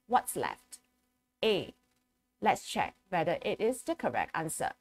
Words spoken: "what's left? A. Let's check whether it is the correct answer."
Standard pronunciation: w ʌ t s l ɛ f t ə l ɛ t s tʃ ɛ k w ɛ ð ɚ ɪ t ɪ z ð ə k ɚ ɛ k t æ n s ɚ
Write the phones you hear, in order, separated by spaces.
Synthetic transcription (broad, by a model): w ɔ t s l ɛ f t ə l ɛ t s tʃ ɛ k w ɛ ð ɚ ɪ t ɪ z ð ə k ɚ ɛ k t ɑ n s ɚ